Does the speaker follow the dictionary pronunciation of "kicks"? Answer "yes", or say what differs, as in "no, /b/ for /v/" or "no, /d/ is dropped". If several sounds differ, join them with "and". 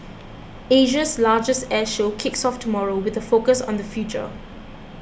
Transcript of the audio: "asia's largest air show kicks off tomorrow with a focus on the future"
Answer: yes